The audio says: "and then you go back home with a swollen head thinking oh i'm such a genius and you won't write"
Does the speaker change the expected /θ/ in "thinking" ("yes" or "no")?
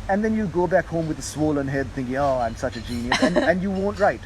no